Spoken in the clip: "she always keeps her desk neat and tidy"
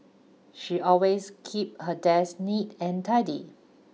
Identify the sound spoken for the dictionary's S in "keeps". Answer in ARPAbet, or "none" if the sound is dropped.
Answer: none